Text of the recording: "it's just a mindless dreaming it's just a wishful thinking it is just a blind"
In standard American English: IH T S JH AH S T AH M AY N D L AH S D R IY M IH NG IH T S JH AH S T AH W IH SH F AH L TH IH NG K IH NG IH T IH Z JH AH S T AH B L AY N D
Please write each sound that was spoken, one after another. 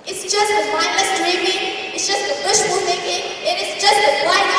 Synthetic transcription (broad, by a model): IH T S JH AH S T AH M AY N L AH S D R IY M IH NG IH T S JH AH S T AH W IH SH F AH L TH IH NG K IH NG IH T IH S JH AH S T AH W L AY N